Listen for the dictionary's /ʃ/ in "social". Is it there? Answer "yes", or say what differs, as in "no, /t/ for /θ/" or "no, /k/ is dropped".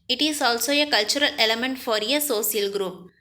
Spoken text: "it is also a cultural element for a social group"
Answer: no, /s/ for /ʃ/